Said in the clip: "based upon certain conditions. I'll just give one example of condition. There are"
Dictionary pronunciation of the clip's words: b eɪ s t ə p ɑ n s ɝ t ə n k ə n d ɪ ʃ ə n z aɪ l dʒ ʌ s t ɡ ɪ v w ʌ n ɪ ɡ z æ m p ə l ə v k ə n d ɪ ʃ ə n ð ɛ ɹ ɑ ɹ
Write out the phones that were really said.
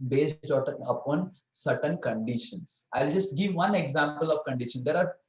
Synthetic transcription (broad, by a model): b eɪ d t ə p ɑ n s ɝ t ə n k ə n d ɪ ʃ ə n s aɪ l dʒ ʌ s t ɡ ɪ v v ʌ n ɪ ɡ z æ m p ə l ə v k ə n d ɪ ʃ ə n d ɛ ɹ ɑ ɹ